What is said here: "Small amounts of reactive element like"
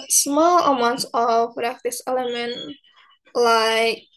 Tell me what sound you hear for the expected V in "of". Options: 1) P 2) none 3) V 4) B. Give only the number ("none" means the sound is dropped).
1